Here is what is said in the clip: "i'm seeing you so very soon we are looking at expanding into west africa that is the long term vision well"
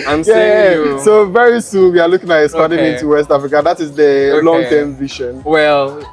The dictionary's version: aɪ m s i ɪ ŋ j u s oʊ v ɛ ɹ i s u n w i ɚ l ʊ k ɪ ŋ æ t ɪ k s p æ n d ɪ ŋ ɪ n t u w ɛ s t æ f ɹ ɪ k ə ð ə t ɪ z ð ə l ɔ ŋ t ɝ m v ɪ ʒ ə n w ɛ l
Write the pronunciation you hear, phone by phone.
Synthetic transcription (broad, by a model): aɪ m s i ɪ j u s oʊ v ɛ ɹ i s u n w i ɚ l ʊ k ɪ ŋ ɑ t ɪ s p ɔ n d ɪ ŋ ɪ n t u w ɛ s t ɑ f ɹ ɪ k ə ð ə t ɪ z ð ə l ɔ ŋ t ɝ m v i ʃ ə n w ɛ l